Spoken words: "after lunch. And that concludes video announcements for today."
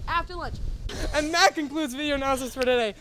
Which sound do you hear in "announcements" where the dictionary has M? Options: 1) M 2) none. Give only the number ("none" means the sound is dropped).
2